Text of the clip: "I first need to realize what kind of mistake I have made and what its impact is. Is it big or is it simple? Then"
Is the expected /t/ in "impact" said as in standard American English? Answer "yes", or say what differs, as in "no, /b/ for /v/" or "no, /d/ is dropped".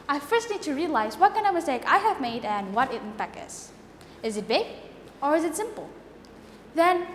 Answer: no, /t/ is dropped